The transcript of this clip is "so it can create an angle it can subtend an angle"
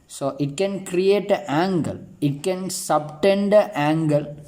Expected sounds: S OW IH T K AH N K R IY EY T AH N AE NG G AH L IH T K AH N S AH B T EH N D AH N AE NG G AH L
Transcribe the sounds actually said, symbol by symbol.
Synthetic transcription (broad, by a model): S OW IH T K AH N K R IY EY T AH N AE NG G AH L IH T K AH N S AH B T EH N D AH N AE NG G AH L